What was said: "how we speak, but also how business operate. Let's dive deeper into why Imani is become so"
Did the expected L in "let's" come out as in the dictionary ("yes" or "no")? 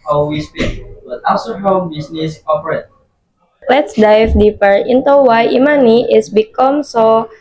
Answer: yes